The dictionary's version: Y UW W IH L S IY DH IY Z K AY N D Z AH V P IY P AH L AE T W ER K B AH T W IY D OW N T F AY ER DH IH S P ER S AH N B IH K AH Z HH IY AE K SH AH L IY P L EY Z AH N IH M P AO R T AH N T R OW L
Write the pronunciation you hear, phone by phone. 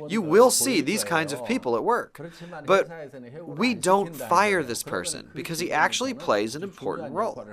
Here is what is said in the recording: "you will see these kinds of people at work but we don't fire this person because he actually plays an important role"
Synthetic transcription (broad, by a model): Y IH W IH L S IY DH IY Z K AY N D Z AH V P IY P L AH T W ER K B AH T W IY D OW N T F AY ER DH IH S P ER S AH N B IH K AH Z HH IY AE K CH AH L IY P L EY Z AH N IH M P AO R T N T R OW L